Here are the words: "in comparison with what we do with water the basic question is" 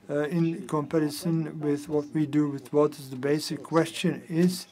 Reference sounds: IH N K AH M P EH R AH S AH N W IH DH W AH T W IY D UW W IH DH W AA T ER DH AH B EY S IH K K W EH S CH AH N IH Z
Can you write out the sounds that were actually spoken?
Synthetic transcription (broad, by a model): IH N K AH M P EH R AH S AH N W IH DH W AH T W IY D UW W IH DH W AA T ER DH AH B EY S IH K K W EH S CH AH N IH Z